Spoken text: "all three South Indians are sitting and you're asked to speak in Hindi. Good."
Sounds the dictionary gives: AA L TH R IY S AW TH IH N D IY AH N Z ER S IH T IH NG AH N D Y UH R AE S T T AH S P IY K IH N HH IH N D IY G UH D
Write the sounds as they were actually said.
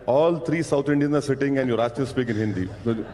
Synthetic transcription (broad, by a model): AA L T R IY S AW T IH N D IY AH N ER S IH T IH NG AH N D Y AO R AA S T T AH S P IY K IH N HH IH N D IY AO